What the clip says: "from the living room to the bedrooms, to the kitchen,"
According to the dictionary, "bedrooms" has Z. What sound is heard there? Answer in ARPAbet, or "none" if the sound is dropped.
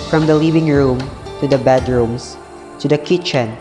S